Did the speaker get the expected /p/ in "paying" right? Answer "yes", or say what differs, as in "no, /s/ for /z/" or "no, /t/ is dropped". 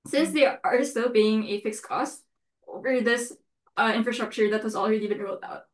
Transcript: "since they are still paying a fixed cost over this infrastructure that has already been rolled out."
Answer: no, /b/ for /p/